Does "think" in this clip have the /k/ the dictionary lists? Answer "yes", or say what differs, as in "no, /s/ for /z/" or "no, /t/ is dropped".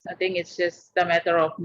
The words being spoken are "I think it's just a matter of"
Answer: no, /k/ is dropped